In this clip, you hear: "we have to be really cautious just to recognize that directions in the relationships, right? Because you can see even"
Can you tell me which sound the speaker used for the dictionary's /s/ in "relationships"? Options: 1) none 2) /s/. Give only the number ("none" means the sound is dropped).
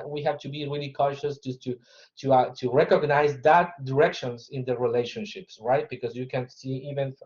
2